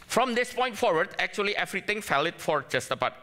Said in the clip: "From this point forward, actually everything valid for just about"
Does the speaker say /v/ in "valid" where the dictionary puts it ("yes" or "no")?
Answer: no